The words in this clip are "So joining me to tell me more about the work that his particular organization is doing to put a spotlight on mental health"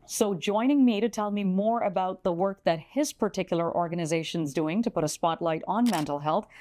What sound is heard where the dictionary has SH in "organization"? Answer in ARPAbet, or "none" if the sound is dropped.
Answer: SH